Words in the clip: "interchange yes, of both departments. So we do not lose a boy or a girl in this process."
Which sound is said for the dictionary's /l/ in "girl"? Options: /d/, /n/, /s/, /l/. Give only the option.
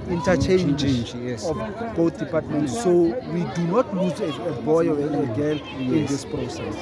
/n/